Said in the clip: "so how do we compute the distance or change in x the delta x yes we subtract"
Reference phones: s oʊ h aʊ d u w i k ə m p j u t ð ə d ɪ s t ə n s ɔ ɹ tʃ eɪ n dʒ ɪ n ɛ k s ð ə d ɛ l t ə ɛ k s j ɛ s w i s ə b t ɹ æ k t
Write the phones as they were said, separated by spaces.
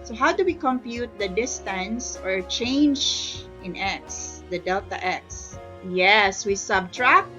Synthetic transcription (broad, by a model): s oʊ h aʊ d u w i k ə m p j u t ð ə d ɪ s t ə n s ɔ ɹ tʃ eɪ n dʒ ɪ n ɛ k s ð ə d ɛ l t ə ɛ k s j ɛ s w i s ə b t ɹ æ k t